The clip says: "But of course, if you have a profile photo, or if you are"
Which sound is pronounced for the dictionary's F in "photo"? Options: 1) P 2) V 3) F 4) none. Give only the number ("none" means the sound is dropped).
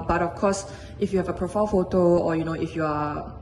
3